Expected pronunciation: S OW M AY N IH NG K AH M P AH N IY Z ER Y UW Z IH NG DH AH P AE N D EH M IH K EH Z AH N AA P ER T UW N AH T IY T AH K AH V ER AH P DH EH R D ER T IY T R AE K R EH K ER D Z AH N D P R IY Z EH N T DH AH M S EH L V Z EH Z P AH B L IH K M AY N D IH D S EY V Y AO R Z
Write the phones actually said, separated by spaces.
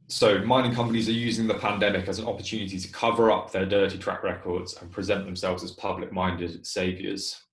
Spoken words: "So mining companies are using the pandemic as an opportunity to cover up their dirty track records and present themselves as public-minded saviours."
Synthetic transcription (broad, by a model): S OW M AY N IH NG K AH M P AH N IY Z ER Y UW Z IH NG DH AH P AE N D EH M IH K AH Z AH N AA P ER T UW N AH T IY T AH K AH V ER AH P DH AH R D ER T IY T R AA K R EH K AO D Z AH N P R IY Z EH N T DH AH M S EH L V Z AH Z P AH B L IH K M AY N D IH D S EY V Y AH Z